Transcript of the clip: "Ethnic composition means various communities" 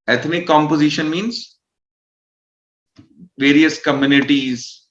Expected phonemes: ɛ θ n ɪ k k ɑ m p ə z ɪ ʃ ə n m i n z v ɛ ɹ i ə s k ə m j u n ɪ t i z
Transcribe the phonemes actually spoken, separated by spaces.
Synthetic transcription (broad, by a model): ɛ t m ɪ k k ɑ m p ə z ɪ ʃ ə n m i n z v ɛ ɹ i ə s k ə m j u n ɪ t i z